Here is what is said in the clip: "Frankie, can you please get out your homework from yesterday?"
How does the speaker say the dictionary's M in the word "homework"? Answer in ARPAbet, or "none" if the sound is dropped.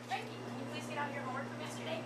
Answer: none